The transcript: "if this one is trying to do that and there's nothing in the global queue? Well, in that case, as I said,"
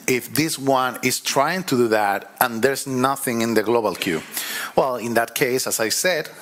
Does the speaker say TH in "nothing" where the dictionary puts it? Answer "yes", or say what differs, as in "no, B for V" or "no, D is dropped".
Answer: yes